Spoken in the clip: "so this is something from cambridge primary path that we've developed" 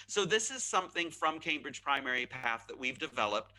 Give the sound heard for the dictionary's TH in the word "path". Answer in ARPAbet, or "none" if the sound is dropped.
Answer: TH